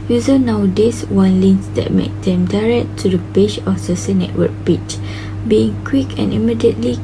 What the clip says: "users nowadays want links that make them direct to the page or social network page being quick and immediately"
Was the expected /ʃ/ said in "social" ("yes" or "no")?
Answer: no